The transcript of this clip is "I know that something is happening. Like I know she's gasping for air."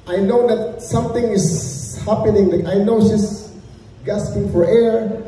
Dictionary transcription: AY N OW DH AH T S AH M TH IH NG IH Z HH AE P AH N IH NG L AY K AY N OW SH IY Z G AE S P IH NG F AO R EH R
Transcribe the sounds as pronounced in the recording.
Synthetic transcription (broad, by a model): AY N OW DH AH T S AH M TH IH NG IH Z HH AE P AH N IH NG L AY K AY N OW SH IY S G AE S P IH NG F AO R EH R